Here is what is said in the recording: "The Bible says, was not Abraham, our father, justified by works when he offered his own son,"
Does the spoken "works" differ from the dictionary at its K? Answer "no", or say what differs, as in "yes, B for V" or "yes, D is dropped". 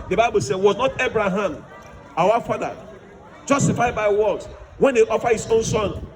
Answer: yes, K is dropped